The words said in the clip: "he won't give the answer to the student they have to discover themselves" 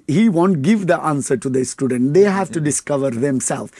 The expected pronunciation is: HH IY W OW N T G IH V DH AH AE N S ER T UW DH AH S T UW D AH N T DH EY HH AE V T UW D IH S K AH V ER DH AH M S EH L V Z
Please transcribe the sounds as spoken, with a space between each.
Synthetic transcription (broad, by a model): HH IY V OW N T G IH V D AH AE N S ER T UW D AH S T UW D AH N T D EY HH AE V T UW D IH S K AH V ER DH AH M S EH L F